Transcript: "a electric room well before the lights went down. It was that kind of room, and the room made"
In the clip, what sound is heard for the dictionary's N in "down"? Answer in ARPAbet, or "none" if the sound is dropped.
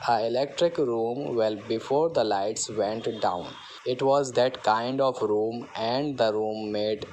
N